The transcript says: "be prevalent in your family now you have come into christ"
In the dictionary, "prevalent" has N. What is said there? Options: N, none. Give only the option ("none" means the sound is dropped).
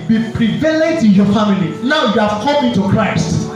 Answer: none